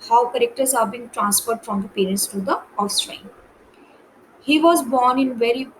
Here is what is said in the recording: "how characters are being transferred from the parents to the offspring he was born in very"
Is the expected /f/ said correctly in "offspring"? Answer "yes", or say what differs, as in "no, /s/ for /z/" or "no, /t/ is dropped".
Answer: no, /f/ is dropped